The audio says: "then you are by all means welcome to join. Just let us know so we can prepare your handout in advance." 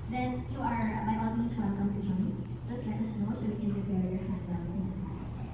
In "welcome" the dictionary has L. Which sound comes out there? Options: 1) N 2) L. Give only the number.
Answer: 1